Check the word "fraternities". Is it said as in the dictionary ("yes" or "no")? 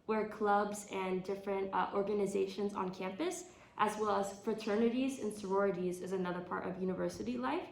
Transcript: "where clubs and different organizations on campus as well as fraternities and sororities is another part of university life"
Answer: yes